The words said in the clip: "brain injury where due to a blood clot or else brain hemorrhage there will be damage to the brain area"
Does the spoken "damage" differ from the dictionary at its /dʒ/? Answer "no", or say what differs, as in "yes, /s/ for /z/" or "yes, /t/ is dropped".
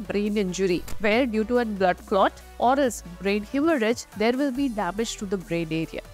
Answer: no